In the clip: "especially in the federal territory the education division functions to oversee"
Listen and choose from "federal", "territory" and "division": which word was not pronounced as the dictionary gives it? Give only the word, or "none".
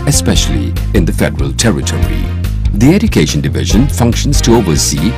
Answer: none